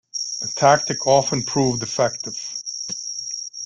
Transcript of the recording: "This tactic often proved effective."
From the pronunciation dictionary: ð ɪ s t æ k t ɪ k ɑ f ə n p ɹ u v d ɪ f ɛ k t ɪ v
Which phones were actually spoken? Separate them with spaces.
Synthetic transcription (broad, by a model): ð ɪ t æ k t ɪ k ɑ f ə n p ɹ u v d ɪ f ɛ k t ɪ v